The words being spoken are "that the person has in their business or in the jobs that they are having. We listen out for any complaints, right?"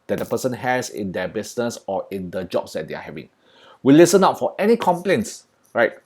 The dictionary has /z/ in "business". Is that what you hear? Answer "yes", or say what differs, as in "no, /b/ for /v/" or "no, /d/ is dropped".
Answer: no, /s/ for /z/